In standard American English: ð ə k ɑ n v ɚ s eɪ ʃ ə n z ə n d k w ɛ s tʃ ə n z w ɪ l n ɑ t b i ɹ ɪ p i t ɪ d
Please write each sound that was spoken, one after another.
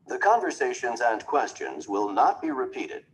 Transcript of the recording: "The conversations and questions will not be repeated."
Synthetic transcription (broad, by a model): ð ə k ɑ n v ɚ s eɪ ʃ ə n z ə n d k w ɛ s tʃ ə n z w ɪ l n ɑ t b i ɹ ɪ p i t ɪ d